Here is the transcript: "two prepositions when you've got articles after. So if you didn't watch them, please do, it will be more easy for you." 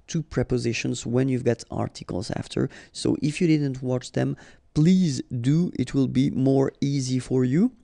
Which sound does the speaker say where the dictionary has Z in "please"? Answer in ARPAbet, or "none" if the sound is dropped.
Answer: Z